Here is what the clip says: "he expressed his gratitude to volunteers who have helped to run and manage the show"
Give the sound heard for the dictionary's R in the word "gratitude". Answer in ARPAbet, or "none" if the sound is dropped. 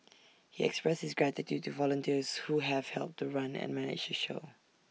R